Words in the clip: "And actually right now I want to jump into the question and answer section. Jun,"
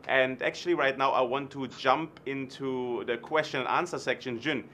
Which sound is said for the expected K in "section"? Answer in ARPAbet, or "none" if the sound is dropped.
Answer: K